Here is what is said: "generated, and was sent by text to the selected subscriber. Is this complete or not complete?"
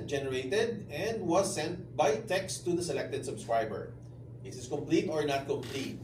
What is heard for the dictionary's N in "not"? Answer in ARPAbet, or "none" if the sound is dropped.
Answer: N